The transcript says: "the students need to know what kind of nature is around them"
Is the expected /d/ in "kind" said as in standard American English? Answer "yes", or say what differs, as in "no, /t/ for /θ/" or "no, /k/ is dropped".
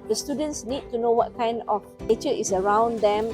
yes